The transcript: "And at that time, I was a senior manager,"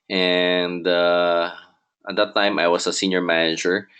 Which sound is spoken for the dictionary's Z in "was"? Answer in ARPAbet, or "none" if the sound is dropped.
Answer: S